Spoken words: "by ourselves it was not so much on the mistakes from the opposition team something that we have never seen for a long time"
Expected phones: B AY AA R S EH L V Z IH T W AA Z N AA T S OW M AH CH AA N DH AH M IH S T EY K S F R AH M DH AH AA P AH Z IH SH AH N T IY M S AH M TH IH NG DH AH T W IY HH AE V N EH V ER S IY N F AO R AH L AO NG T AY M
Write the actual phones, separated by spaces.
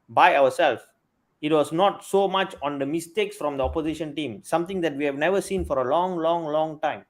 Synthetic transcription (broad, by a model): B AY AA W S EH L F IH T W AA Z N AA T S OW M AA CH AA N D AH M IH S T EY K S F R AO M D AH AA P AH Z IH SH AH N T IY M S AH M T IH NG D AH T W IY HH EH V N EH V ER S IY N F AO R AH L AO NG T AY M